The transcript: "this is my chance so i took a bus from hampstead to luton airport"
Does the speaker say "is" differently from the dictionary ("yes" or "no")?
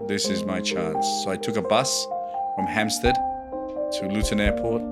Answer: no